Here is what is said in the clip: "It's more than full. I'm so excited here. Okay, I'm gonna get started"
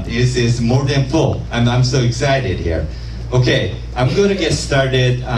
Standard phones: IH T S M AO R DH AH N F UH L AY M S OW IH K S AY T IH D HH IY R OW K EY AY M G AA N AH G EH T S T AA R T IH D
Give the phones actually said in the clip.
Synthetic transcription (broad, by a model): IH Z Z M AO R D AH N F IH N AY M S OW IH K S AY T IH D HH IY R OW K EY AY M G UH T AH G EH T S T AA R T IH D